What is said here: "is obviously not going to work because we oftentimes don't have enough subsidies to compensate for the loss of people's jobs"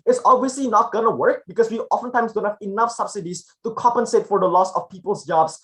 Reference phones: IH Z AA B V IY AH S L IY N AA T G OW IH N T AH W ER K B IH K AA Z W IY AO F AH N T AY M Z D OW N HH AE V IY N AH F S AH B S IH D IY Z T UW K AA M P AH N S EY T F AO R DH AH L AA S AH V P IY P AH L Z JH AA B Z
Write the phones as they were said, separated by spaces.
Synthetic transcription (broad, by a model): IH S AA B V IY AH S L IY N AA T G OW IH N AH W ER K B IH K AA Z W IY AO F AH N T AY M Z D OW N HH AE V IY N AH F S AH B S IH D IY S T UW K AA M P AH N S EY T F AO R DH AH L AA S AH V P IY P AH L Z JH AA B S